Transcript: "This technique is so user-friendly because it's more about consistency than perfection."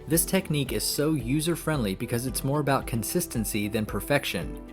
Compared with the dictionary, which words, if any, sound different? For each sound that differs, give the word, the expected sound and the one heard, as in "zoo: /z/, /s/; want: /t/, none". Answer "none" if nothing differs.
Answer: none